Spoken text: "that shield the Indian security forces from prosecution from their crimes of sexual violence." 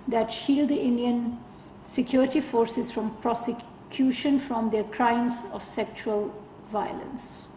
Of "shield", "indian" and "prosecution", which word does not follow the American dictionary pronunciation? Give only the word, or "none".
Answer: none